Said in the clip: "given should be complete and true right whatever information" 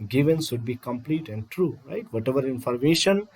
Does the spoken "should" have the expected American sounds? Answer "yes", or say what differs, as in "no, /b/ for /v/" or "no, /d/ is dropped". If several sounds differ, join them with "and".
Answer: no, /s/ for /ʃ/